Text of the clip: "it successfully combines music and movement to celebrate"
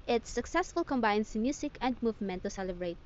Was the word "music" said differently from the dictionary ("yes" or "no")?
yes